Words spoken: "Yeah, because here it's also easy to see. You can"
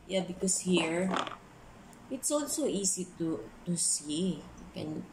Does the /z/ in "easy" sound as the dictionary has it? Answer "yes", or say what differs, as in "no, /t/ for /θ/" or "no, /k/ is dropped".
no, /s/ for /z/